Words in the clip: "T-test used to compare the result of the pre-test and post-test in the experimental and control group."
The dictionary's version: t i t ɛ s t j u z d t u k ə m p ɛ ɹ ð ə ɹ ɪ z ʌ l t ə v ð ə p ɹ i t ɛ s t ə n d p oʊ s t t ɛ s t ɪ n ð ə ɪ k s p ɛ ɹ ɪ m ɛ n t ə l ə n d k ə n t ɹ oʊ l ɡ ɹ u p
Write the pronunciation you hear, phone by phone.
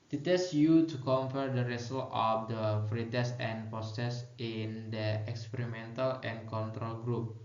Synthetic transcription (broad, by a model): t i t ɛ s j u t u k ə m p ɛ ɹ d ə ɹ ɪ s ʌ l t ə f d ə f ɹ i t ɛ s ə n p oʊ s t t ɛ s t ɪ n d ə ɪ k s p ɛ ɹ ɪ m ɛ n t ə l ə n k ə n t ɹ oʊ l ɡ ɹ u p